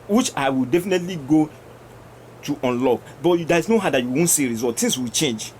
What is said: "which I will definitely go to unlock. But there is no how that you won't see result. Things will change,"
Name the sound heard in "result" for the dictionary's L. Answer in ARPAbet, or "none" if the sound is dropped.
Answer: none